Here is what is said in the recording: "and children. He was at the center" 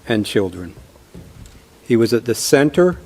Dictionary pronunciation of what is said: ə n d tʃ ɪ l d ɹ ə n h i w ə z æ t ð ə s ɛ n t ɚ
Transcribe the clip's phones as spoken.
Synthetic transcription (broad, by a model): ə n tʃ ɪ l d ɹ ə n h i w ə z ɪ t ð ə s ɛ n t ɚ